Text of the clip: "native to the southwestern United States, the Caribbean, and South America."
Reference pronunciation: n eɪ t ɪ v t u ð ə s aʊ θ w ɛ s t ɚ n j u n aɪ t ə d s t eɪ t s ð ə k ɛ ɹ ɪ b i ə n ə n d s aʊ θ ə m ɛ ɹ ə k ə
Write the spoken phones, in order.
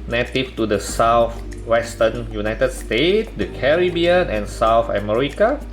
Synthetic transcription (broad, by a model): n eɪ t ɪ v t u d ə s aʊ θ w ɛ s t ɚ n j u n aɪ t ə d s t eɪ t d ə k ɛ ɹ ɪ b i ə n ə n s aʊ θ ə m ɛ ɹ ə k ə